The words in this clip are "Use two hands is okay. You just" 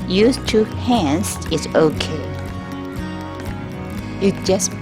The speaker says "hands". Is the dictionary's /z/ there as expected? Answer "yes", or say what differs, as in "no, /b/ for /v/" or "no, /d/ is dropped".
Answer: no, /s/ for /z/